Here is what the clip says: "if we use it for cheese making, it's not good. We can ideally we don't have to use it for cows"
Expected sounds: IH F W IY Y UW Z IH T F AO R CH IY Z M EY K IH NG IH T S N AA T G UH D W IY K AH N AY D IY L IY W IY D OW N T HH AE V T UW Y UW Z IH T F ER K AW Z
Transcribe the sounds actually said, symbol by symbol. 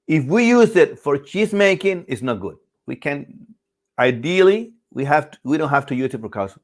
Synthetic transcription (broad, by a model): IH F W IY Y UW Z IH T F AO R CH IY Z M EY K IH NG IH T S N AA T G UH D W IY K AH N AY D IY L IY W IY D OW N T HH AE F T UW Y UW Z IH T P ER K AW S